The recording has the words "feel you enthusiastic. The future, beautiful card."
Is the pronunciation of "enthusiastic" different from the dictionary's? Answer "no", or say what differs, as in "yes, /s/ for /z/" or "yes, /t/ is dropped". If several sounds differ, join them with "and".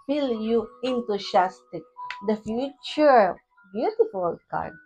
yes, /t/ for /θ/ and /s/ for /z/